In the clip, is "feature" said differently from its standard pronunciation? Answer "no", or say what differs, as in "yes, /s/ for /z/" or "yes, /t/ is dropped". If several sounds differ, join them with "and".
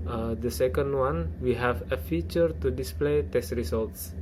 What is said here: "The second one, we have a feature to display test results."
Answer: no